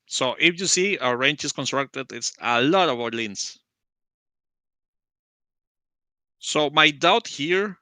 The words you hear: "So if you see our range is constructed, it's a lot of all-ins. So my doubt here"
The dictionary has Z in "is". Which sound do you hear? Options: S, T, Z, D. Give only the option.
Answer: S